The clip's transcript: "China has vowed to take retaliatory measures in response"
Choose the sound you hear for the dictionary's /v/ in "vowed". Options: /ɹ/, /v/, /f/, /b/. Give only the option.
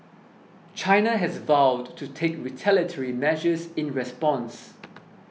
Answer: /v/